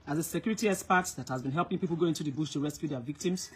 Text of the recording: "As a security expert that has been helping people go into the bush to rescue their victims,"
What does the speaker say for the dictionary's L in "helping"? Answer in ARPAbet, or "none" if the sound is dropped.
L